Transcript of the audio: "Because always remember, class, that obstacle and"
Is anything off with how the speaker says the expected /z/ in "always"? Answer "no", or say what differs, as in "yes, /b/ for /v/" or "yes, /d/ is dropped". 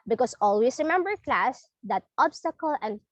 yes, /s/ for /z/